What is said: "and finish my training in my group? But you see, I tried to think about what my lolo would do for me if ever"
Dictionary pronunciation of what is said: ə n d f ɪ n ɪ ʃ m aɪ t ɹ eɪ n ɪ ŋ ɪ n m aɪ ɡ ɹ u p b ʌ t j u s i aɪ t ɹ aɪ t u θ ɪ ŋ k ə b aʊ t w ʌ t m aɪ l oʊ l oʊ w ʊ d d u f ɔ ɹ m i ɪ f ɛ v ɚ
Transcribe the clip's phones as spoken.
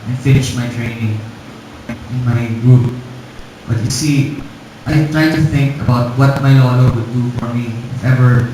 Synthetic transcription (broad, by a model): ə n f ɪ n ɪ ʃ m aɪ t ɹ eɪ n ɪ ŋ ɪ n m aɪ ɡ ɹ u p b ʌ t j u s i aɪ t ɹ aɪ t u θ ɪ ŋ k ə b aʊ t w ʌ t m aɪ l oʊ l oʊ w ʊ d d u f ɔ ɹ m i ɪ f ɛ v ɚ